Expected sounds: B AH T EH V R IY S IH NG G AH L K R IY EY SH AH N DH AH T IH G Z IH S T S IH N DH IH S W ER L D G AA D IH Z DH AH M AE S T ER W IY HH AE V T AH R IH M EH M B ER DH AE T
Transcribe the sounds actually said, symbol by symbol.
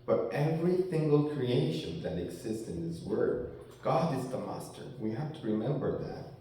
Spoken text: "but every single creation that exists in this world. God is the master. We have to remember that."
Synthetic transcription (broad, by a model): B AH T EH V R IY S IH NG G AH L K R IY EY SH AH N DH AH T IH G Z IH S T S IH N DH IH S W ER D G AA D IH Z DH AH M AE S T ER W IY HH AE F T AH R IH M EH M B ER DH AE T